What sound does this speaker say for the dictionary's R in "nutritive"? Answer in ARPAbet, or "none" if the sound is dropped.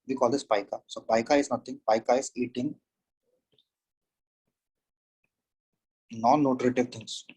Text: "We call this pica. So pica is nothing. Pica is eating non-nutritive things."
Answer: R